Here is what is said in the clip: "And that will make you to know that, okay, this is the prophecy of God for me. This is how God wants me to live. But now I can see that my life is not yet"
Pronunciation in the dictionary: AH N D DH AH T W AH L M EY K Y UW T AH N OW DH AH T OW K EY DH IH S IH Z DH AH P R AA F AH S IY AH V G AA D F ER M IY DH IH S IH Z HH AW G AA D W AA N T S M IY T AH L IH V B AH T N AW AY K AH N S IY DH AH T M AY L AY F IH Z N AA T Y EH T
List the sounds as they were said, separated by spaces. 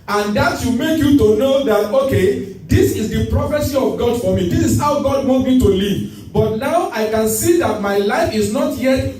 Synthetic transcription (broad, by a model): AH N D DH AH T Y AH M EY K Y UW T AH N OW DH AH T OW K EY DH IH S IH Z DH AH P R AA F AH S IY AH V G AA D F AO M IY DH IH S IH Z HH AW G AA D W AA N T M IY T AH L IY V B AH T N AW AY K AH N S IY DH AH T M AY L AY F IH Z N AA T Y EH T